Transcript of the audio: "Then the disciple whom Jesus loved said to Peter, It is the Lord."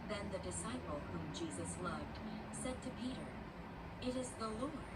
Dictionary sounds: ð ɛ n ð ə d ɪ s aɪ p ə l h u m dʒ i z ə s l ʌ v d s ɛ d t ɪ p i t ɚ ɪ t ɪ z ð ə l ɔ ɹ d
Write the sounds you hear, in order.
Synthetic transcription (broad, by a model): ð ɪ n ð ə d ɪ s aɪ p l h u m dʒ i z ə s l ʌ v d s ɛ d t ɪ p i t ɚ ɪ t ɪ z ð ə l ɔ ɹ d